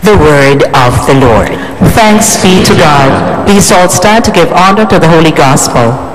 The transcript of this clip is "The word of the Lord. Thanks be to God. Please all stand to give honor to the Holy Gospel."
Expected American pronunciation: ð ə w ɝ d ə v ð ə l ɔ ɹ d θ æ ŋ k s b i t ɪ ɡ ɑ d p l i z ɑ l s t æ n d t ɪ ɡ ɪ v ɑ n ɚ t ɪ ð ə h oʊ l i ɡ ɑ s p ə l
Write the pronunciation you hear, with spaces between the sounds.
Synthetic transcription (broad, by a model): ð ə w ɝ d ə v ð ə l ɔ ɹ d θ æ ŋ k s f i t ɪ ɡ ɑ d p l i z ɑ l s t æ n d t ɪ ɡ ɪ v ɑ n ɚ t ɪ ð ə h oʊ l i ɡ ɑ s p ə l